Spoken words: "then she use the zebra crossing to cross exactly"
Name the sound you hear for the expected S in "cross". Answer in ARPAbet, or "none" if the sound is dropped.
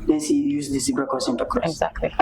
none